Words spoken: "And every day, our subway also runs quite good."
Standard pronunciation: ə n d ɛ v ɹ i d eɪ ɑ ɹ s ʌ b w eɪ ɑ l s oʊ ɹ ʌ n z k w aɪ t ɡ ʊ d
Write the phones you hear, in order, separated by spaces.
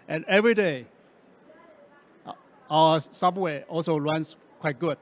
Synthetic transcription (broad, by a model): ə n ɛ v ɹ i d eɪ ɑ s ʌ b w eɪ ɑ l s oʊ l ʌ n s k w aɪ t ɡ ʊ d